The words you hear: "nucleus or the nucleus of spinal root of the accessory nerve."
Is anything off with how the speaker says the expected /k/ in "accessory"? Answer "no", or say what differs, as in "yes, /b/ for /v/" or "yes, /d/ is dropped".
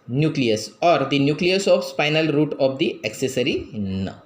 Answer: no